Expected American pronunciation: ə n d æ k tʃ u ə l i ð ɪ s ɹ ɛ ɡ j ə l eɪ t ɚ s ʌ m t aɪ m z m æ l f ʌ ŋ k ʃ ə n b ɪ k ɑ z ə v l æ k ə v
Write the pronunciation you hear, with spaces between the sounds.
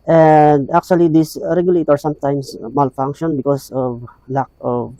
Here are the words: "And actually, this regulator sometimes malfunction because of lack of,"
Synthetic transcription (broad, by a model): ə n d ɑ k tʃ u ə l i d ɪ s ɹ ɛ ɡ j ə l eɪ t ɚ s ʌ m t aɪ m s m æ l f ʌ ŋ k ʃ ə n b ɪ k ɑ s ə v l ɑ k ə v